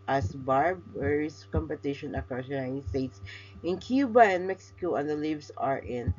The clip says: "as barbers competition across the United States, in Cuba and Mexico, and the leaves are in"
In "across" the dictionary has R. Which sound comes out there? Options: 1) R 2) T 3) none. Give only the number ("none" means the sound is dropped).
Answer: 3